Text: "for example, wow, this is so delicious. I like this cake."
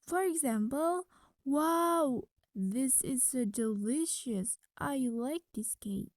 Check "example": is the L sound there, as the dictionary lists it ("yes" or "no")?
yes